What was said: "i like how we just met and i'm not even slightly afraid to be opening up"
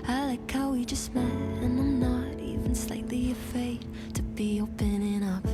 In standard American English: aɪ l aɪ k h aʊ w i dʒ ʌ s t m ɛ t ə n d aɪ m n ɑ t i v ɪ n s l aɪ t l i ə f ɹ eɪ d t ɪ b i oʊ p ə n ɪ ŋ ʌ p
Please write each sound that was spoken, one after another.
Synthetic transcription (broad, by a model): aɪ l aɪ k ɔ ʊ w i dʒ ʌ s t m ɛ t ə n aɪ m n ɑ t i v ɪ n s l aɪ t l i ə f eɪ t ɪ b i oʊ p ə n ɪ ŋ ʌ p